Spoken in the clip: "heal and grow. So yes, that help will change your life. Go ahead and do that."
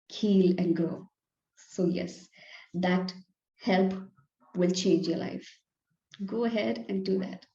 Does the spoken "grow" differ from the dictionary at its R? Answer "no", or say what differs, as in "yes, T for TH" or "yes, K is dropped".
yes, R is dropped